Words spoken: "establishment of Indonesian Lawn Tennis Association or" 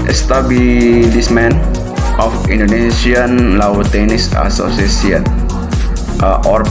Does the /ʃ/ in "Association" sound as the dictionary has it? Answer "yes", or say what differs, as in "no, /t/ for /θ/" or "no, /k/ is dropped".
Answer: no, /s/ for /ʃ/